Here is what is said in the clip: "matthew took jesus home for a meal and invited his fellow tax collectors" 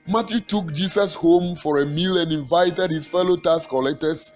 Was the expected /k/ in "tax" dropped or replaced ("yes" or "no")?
yes